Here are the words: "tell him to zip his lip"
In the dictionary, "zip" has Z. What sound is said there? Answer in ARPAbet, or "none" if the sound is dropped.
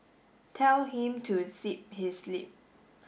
S